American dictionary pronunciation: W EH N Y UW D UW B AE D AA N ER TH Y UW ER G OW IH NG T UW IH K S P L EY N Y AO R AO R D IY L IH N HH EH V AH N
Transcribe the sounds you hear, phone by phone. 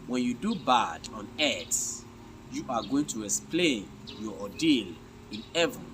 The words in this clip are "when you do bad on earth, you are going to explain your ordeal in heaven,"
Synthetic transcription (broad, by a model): W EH N Y UW D UW B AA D AA N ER S Y UW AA G OW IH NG T UW IH K S P L EY N Y AO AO D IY L IH N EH V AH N